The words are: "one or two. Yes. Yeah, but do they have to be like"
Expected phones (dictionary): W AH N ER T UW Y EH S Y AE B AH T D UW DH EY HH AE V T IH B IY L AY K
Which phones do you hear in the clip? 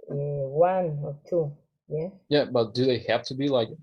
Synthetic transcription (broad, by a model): W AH N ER T UW Y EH Y AE B AH T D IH DH EY HH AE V T IH B IY L AY K